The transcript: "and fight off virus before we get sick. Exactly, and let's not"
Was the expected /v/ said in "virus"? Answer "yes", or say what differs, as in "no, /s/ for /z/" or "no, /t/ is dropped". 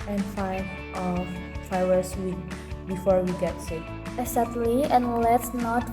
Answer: no, /f/ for /v/